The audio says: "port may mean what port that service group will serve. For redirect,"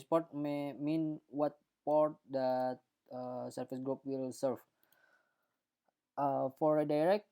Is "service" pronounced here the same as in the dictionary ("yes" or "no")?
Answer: no